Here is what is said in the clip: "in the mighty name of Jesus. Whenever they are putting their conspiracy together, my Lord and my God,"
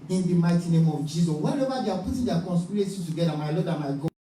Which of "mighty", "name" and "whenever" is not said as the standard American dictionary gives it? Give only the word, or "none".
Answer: whenever